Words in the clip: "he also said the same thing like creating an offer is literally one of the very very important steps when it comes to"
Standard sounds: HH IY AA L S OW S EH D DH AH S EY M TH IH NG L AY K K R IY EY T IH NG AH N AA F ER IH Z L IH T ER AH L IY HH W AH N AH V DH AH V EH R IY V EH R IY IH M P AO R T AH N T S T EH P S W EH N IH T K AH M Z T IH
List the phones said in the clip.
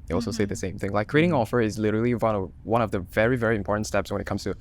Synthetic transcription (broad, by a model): AA L S OW S EH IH DH AH S EY M TH IH NG L AY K K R IY EY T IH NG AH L F ER IH Z L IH T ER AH W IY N W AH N AH V DH AH V EH R IY V EH R IY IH M P AO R T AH N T S T EH P S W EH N IH T K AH M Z T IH